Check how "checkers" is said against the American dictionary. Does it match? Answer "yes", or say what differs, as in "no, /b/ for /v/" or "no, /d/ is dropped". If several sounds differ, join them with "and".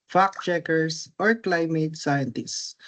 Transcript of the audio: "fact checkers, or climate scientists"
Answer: no, /s/ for /z/